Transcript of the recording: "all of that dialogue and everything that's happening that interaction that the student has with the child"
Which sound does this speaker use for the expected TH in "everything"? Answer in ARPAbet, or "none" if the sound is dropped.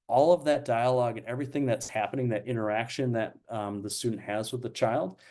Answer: TH